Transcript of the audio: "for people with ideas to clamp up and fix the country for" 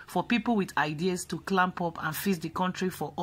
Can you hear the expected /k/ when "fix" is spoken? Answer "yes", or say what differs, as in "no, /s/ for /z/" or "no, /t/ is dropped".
no, /k/ is dropped